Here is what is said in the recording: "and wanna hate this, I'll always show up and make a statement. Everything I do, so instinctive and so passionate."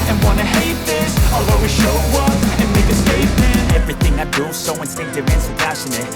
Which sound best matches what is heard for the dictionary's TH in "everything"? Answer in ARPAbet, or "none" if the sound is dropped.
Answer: TH